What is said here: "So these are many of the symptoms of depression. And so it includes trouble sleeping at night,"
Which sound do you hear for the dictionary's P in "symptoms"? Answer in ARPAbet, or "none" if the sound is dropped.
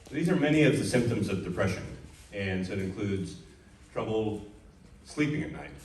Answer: P